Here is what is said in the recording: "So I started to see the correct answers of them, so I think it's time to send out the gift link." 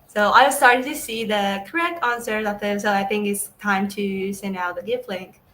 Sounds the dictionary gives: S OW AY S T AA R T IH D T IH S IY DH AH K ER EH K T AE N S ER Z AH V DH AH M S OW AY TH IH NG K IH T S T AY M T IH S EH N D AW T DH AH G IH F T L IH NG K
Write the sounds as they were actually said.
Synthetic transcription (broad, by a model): S OW AY S T AA R T IH D T IH S IY DH AH K ER EH K T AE N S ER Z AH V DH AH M S OW AY TH IH NG K IH T S T AY M T IH S EH N D AW T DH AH G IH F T L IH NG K